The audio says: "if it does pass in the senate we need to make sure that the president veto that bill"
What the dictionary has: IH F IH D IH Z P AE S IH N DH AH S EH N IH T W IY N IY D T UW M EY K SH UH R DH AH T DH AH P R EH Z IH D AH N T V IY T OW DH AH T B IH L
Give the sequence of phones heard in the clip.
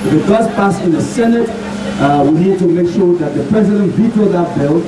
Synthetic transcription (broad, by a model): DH IH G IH S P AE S IH N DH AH S EH N IH T W IY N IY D T UW M EY K SH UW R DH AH T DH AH P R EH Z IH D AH N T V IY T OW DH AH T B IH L